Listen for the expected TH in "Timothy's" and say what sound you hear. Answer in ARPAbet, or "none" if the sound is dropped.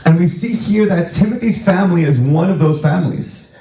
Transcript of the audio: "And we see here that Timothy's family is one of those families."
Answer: TH